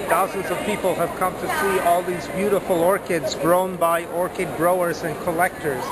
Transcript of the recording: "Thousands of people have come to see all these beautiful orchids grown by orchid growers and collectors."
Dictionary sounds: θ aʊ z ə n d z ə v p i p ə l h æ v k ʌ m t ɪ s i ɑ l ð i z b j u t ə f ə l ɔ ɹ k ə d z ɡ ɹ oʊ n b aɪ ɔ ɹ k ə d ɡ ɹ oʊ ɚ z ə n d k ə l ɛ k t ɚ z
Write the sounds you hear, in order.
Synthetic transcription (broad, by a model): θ aʊ z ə n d z ə v p i p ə l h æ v k ʌ m t ɪ s i ɑ l ð i z b j u t ə f ə l ɔ ɹ k ə d z ɡ ɹ oʊ n b aɪ ɔ ɹ k ə d ɡ ɹ oʊ ɚ z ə n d k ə l ɛ k t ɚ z